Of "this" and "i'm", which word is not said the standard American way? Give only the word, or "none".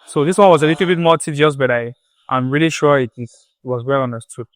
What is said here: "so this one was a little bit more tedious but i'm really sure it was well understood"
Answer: none